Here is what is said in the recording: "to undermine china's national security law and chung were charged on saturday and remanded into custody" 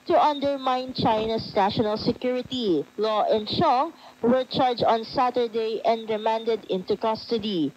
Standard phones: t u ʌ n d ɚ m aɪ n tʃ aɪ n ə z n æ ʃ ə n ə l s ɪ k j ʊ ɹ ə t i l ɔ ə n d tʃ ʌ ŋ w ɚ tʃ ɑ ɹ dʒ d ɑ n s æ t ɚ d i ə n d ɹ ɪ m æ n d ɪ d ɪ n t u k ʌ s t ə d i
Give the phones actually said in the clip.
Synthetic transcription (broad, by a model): t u ʌ n d ɚ m aɪ n tʃ aɪ n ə s n æ ʃ ə n ə l s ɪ k j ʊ ɹ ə t i l ɔ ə n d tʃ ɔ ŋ w ɚ tʃ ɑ ɹ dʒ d ɑ n s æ t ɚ d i ə n d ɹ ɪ m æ n d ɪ d ɪ n t u k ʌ s t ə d i